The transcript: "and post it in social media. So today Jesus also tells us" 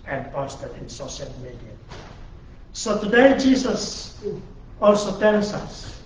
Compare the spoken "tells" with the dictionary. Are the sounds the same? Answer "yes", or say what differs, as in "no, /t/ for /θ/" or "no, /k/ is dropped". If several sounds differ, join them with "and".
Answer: no, /s/ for /z/